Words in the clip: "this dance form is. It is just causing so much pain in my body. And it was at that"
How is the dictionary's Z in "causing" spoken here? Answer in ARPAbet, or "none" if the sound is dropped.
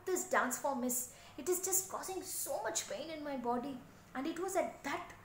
S